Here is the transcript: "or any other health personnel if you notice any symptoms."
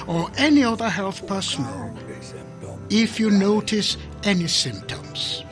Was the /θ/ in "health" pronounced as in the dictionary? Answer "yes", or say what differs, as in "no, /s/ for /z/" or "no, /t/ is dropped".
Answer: yes